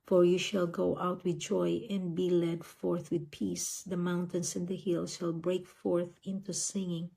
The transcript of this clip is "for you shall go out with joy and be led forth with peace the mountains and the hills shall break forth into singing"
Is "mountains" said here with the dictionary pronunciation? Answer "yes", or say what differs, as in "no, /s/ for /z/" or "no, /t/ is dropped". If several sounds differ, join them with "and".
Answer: no, /s/ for /z/